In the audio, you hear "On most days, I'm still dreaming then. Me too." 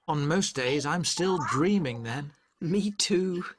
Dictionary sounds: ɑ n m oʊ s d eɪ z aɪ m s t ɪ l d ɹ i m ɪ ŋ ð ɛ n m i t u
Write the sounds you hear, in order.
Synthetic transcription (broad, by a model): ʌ n m oʊ s d eɪ z aɪ m s t ɪ l d ɹ i m ɪ ŋ ð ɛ n m i t u